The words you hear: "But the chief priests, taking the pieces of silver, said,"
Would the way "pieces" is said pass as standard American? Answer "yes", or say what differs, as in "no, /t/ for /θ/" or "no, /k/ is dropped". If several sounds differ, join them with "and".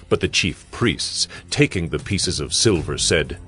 yes